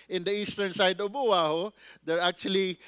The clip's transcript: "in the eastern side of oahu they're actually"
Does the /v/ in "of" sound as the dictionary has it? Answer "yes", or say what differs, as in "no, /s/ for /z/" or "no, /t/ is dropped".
no, /b/ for /v/